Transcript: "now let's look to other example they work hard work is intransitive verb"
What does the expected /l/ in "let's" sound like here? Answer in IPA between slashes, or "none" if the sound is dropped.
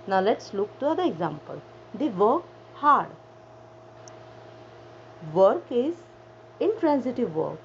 /l/